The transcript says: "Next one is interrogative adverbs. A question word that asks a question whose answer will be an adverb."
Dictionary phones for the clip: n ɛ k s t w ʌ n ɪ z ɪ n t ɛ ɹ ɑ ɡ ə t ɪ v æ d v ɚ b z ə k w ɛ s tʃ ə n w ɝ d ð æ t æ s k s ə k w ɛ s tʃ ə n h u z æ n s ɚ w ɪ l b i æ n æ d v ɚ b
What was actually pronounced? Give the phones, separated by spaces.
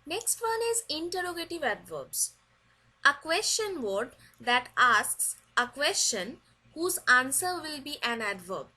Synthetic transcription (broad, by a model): n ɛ k s t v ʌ n ɪ z ɪ n t ɛ ɹ ɑ ɡ ə t ɪ v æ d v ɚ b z ə k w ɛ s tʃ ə n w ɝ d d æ t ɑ s k s ə k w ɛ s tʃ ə n h u z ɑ n s ɚ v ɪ l b i æ n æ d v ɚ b